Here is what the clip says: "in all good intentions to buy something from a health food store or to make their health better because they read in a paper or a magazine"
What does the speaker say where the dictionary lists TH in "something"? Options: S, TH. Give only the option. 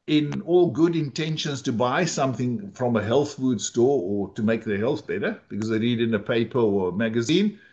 TH